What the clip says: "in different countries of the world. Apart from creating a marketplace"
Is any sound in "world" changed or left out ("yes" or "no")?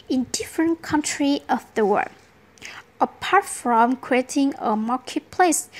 yes